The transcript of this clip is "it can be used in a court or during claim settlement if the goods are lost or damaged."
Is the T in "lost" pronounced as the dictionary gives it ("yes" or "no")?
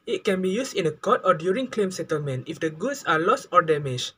yes